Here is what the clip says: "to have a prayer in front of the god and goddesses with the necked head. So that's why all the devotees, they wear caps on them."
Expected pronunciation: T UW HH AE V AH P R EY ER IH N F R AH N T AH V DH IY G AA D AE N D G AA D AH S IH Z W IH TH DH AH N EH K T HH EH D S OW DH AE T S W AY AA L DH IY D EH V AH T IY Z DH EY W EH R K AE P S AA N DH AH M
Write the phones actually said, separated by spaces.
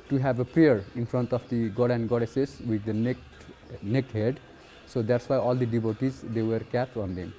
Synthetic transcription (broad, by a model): T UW HH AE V AH P R EY ER IH N F R AH N T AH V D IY G AA D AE N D G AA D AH S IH S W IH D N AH N EH K T HH EH D S OW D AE T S W AY AA L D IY D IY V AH T IY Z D EY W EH R K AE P AA N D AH M